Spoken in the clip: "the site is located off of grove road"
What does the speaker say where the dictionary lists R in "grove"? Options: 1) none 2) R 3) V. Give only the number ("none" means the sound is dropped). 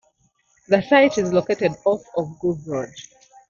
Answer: 1